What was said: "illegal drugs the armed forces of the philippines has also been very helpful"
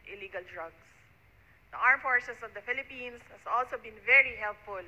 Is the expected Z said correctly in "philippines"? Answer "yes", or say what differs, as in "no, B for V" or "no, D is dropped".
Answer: no, S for Z